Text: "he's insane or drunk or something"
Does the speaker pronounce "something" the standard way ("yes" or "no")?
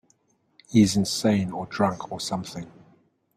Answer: yes